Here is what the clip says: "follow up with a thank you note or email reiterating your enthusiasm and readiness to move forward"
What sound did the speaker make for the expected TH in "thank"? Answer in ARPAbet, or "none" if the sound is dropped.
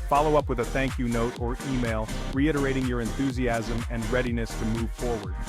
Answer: TH